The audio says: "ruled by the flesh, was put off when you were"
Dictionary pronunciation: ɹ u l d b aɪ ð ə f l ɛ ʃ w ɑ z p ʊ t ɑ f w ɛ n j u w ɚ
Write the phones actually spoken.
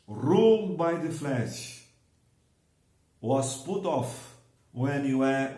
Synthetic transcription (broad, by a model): ɹ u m b aɪ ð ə f l ɛ ʃ w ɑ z p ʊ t ɑ f w ɛ n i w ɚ